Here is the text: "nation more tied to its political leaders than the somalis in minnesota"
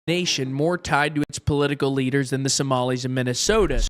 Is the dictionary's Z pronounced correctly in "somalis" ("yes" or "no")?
yes